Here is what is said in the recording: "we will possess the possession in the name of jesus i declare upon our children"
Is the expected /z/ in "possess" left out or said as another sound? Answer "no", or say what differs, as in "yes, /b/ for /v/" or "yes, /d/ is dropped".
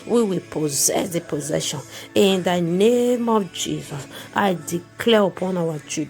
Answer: no